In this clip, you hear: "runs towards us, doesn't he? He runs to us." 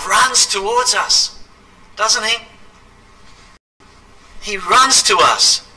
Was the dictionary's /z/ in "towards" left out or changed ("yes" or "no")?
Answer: no